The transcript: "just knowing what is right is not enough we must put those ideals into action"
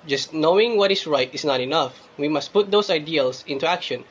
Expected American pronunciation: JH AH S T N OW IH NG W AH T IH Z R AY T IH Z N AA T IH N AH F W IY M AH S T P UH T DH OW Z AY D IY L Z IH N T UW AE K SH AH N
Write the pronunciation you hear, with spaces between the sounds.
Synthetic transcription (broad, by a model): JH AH S T N OW IH NG W AH T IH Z R AY T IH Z N AA T IH N AH F W IY M AH S T P UH T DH OW S AY D IY L S IH N T UW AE K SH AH N